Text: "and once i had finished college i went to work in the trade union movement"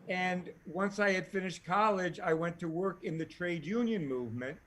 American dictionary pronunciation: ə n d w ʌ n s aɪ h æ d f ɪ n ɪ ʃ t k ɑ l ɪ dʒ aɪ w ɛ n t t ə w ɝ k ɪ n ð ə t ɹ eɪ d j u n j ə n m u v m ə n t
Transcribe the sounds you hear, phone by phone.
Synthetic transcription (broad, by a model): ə n w ʌ n s aɪ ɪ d f ɪ n ɪ ʃ t k ɑ l ɪ dʒ aɪ w ɛ n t t ə w ɝ k ɪ n ð ə t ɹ eɪ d j u n j ə n m u v m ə n t